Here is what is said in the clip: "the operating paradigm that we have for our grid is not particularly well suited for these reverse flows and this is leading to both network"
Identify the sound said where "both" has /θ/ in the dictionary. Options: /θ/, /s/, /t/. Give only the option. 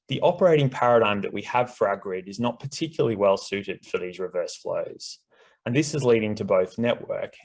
/θ/